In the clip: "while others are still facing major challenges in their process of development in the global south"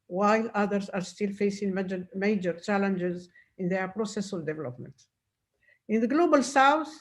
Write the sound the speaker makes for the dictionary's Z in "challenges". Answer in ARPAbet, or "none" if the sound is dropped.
Z